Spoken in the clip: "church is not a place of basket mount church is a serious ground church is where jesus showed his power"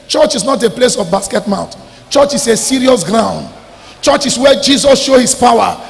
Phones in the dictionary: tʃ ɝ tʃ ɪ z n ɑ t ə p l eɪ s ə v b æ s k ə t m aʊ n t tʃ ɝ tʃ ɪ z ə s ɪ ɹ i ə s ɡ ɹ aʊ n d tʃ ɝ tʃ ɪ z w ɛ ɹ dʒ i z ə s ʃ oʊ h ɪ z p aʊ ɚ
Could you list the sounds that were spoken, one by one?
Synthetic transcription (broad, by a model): tʃ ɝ tʃ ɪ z n ɑ t ə p l eɪ s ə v b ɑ s k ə t m aʊ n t tʃ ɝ tʃ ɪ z ə s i ɹ i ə s ɡ ɹ aʊ n d tʃ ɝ tʃ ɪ s w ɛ dʒ i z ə s ʃ oʊ h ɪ s p aʊ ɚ